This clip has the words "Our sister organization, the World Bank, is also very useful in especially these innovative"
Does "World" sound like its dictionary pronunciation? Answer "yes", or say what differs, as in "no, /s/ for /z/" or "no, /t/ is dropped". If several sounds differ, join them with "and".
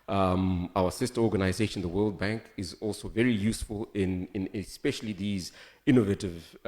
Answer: yes